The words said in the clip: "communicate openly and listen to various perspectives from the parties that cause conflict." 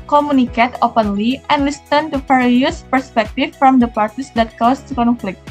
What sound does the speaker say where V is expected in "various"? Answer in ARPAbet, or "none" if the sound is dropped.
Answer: F